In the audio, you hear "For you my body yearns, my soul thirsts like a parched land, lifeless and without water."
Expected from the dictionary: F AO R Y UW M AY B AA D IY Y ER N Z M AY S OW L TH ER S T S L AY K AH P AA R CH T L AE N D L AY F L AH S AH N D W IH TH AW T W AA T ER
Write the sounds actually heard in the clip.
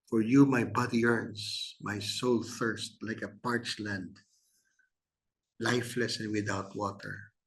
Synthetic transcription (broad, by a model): F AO R Y UW M AY B AA D IY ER N S M AY S OW L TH ER S T L AY K AH P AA R CH L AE N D L AY F L AH S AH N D W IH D AW T W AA T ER